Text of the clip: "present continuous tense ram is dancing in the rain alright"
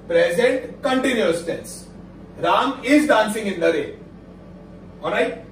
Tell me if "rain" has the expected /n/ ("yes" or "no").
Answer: no